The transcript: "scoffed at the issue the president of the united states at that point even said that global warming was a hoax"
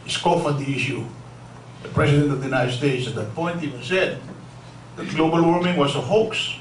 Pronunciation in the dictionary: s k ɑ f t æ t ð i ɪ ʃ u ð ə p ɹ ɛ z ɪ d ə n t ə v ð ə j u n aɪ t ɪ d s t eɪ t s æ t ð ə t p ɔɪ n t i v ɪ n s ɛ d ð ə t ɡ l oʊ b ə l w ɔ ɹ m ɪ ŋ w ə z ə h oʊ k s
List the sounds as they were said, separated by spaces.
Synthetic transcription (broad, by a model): s k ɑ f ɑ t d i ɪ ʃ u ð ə p ɹ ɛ s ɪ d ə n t ə v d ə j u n aɪ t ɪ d s t eɪ t s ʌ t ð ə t p ɔɪ n t i v ɪ n s ɛ d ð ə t ɡ l oʊ b ə l w ɔ ɹ m ɪ ŋ w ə s ə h oʊ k s